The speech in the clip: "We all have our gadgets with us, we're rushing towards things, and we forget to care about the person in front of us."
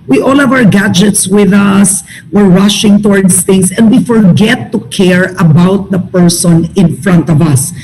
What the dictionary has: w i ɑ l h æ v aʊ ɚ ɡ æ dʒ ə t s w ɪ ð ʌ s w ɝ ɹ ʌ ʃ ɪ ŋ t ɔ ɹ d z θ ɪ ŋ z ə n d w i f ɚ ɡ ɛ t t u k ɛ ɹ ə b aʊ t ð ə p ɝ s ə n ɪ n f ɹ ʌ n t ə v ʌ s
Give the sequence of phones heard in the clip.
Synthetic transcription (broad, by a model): w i ɑ l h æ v aʊ ɚ ɡ æ dʒ ə t s w ɪ ð ʌ s w ɝ ɹ ʌ ʃ ɪ ŋ t ɔ ɹ d s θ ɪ ŋ s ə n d w i f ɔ ɡ ɛ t t u k ɛ ɹ ə b aʊ t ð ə p ɝ s ə n ɪ n f ɹ ʌ n t ə v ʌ s